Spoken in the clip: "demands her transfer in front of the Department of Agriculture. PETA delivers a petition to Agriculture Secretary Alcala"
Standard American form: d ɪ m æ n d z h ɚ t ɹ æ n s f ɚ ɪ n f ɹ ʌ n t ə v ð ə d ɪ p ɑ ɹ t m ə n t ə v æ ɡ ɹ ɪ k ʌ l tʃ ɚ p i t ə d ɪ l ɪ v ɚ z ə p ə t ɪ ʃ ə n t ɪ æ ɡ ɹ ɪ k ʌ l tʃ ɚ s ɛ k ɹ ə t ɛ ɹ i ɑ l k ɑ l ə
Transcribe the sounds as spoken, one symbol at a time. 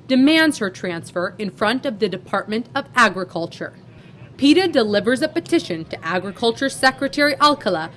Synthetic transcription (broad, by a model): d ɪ m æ n d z h ɚ t ɹ æ n s f ɚ ɪ n f ɹ ʌ n t ə v ð ə d ɪ p ɑ ɹ t m ə n t ə v æ ɡ ɹ ɪ k ʌ l tʃ ɚ p i t ə d ɪ l ɪ v ɚ z ə p ə t ɪ ʃ ə n t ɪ æ ɡ ɹ ɪ k ʌ l tʃ ɚ s ɛ k ɹ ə t ɛ ɹ i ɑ l k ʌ l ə